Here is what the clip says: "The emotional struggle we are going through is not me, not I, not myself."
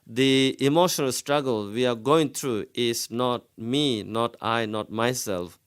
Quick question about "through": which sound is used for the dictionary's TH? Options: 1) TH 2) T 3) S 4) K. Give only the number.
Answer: 2